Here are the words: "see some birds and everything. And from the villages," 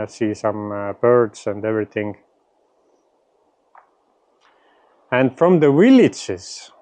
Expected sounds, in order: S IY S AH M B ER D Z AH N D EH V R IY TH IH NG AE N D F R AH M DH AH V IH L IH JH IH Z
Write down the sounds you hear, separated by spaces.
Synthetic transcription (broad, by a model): S IY S AH M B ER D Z AH N D EH V R IY TH IH NG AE N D F R AH M DH AH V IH L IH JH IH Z